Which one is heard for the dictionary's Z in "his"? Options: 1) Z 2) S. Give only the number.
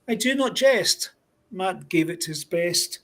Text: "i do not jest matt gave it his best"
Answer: 1